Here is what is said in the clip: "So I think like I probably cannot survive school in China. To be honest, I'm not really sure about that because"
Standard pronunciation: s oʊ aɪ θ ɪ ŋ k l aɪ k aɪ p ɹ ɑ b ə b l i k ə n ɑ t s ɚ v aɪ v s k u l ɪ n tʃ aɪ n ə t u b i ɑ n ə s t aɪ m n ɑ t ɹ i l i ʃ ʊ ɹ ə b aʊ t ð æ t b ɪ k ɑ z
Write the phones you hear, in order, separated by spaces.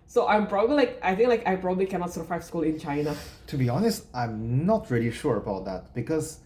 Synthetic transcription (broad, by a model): s oʊ aɪ θ ɪ ŋ k l aɪ k aɪ p ɹ ɑ b ə b l i k ə n ɑ t s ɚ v aɪ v s k u l ɪ n tʃ aɪ n ə t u b i ɑ n ə s t aɪ m n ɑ t ɹ i l i ʃ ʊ ɹ ə b aʊ t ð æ t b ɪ k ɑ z